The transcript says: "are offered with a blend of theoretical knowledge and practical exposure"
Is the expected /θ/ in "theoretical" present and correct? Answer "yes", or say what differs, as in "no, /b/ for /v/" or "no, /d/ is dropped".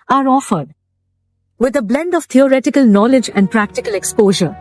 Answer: no, /t/ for /θ/